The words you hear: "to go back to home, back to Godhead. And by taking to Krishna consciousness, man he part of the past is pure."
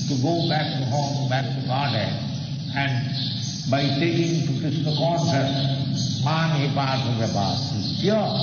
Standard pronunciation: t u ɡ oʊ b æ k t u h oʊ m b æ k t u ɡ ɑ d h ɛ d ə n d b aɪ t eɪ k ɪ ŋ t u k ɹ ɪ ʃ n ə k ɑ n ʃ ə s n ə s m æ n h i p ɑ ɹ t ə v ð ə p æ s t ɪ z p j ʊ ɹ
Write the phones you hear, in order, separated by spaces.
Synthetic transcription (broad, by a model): t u ɡ oʊ b æ k t u h oʊ m b æ k t u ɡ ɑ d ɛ ə n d b aɪ t eɪ k ɪ ŋ t u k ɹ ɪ s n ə k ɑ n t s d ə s m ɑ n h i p ɑ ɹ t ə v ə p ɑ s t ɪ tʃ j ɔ